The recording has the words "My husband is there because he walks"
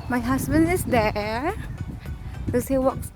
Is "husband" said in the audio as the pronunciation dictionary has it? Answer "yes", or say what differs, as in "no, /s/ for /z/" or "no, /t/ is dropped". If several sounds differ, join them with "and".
no, /s/ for /z/